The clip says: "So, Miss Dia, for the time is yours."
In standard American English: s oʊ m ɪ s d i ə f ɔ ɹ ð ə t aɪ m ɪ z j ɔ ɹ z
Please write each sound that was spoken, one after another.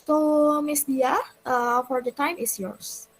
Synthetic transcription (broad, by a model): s oʊ m ɪ s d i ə f ɔ ɹ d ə t aɪ m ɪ s j ɔ ɹ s